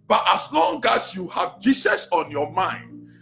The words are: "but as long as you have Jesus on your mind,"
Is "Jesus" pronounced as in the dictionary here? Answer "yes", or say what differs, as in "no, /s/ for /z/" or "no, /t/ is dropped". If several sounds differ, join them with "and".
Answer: no, /s/ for /z/